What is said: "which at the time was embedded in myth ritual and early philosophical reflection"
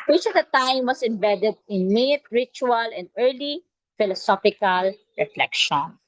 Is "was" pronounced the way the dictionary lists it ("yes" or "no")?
no